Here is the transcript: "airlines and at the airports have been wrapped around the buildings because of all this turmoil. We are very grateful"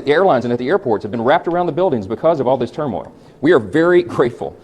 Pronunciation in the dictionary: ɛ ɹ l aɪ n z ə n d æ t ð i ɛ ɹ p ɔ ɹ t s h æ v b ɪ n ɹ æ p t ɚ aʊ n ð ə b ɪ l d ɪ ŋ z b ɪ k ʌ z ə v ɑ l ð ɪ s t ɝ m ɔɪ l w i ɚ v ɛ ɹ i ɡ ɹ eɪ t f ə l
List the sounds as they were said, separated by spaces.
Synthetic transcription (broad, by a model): ɛ ɹ l aɪ n z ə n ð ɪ t ð i ɛ ɹ p ɔ ɹ t s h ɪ v b ɪ n ɹ æ p t ɚ aʊ n ð ə b ɪ l d ɪ ŋ z b ɪ k ʌ z ə v ɑ l ð ɪ s t ɝ m ɔɪ l w i ɚ v ɛ ɹ i ɡ ɹ eɪ t f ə l